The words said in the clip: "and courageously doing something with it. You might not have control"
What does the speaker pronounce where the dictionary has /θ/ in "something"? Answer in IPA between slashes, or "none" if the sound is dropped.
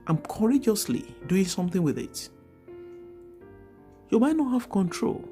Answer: /θ/